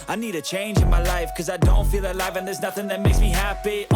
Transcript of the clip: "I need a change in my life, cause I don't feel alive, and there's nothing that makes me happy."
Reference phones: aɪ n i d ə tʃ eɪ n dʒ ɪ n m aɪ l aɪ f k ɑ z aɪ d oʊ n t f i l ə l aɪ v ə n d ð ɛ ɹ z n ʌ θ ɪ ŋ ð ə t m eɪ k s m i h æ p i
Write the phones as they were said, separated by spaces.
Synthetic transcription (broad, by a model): aɪ n i d ə tʃ eɪ n dʒ ɪ n m aɪ l aɪ f k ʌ z aɪ d oʊ n t f i l ə l aɪ v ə n ð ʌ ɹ z n ʌ θ ɪ ŋ ð ə t m eɪ k s m i h æ p i